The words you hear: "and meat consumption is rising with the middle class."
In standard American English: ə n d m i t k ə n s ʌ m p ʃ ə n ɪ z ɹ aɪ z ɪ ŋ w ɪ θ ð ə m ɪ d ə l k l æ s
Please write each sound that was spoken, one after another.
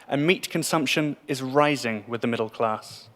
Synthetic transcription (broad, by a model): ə n m i t k ə n s ʌ m p ʃ ə n ɪ z ɹ aɪ z ɪ ŋ w ɪ ð ə m ɪ d ə l k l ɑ s